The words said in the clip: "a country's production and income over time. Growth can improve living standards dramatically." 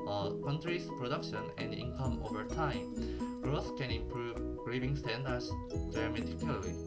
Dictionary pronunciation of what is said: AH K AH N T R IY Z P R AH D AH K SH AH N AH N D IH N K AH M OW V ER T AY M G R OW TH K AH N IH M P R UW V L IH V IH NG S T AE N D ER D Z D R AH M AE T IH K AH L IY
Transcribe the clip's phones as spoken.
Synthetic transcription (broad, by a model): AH K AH N T R IY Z P R AH D AH K SH AH N AH N D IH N K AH M OW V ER T AY M G R OW TH K AH N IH M P R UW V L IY B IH NG S T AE N D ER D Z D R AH M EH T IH K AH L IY